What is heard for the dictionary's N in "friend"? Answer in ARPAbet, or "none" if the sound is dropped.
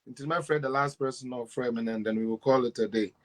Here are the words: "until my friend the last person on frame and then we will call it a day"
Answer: none